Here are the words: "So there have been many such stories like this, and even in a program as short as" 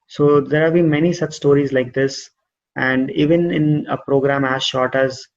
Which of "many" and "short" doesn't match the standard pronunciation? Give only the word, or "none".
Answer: none